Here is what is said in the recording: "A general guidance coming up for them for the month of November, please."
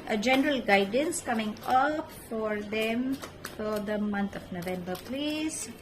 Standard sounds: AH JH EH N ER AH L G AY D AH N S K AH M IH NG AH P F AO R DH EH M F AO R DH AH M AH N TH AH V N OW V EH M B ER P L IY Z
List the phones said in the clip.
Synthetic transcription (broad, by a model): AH JH EH N ER AH L G AY D AH N S K AH M IH NG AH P F AO R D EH M F AO R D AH M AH N T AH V N OW V EH M B ER P L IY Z